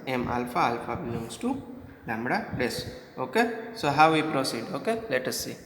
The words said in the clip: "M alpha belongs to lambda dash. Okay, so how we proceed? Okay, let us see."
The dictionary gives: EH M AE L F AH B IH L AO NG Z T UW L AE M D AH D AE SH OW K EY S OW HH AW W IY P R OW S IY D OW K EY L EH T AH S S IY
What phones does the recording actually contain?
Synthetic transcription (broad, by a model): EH M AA L F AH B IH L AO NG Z T UW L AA M D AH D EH S OW K EY S OW HH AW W IY P R OW S IY D OW K EY L EH T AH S S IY